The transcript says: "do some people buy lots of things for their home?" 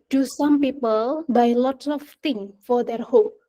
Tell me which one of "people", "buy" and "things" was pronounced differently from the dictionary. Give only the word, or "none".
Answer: things